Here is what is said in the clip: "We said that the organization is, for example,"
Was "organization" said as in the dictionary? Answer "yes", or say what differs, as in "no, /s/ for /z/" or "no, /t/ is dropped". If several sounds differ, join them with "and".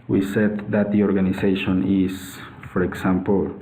no, /s/ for /z/